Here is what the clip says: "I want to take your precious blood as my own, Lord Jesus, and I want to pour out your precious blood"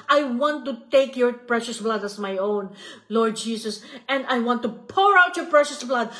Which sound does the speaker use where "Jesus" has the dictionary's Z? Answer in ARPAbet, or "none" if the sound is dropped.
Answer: S